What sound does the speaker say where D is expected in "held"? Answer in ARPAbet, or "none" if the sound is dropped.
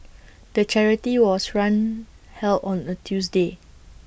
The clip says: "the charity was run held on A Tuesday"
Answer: none